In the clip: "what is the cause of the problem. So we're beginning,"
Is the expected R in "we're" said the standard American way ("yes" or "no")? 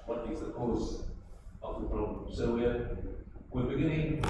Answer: no